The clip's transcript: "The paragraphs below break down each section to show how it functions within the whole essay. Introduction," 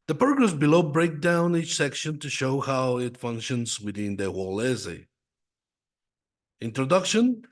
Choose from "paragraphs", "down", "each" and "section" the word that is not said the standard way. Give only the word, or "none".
paragraphs